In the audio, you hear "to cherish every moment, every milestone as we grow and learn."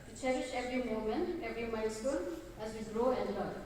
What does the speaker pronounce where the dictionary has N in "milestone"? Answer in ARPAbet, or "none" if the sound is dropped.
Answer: L